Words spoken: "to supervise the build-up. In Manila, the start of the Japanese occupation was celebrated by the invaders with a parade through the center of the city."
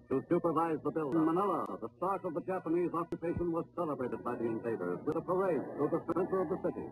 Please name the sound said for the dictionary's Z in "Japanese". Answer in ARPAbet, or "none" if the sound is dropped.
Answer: Z